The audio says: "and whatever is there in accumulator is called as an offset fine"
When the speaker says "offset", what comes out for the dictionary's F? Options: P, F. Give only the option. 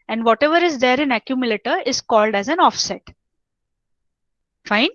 F